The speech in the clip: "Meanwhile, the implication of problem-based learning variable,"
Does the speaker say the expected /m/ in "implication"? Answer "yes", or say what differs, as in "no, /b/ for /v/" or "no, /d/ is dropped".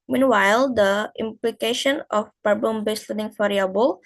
yes